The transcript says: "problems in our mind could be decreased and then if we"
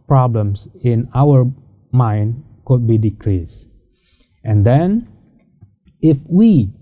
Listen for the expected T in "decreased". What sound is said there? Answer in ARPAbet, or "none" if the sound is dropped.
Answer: T